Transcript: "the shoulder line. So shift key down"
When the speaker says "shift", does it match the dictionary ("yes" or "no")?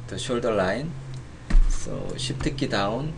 no